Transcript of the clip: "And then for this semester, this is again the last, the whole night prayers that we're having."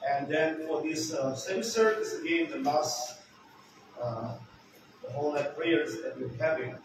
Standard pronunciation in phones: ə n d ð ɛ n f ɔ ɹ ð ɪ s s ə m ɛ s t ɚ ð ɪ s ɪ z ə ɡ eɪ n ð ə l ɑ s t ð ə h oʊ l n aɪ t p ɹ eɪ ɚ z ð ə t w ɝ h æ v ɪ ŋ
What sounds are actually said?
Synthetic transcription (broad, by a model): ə n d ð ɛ n f ɔ ɹ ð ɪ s s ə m s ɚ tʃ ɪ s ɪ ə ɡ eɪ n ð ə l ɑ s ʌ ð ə h oʊ l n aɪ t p l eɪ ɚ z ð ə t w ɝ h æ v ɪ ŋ